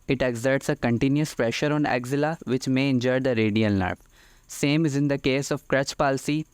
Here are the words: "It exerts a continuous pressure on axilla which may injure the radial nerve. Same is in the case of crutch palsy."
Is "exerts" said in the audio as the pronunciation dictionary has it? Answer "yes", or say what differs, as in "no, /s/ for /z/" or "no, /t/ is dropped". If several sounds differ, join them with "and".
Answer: yes